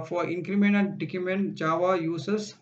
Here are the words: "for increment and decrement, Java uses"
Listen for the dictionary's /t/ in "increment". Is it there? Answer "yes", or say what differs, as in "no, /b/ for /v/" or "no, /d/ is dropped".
no, /t/ is dropped